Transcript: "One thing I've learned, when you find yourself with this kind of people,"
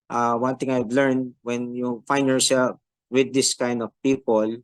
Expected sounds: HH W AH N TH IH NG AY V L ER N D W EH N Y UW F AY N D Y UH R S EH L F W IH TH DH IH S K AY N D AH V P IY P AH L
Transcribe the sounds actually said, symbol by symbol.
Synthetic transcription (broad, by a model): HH W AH N T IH NG AY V L ER N D W EH N Y UW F AY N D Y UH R S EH L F W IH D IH S K AY N D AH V P IY P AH L